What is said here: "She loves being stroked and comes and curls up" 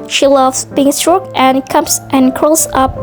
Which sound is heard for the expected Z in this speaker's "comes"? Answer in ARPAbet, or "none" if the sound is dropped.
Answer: S